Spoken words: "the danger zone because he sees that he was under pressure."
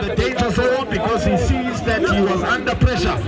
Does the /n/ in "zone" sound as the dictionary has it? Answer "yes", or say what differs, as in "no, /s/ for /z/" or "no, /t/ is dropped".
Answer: no, /l/ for /n/